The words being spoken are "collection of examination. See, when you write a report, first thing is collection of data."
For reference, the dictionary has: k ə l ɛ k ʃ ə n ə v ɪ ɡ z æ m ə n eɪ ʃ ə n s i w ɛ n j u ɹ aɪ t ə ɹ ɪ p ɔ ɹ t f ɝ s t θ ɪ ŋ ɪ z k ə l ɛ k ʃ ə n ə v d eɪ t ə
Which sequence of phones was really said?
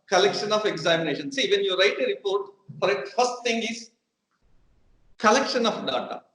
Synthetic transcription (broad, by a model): k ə l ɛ k ʃ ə n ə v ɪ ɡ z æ m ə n eɪ ʃ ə n s i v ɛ n j u ɹ aɪ t ə ɹ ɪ p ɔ ɹ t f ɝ s t t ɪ ŋ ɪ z k ə l ɛ k ʃ ə n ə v d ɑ t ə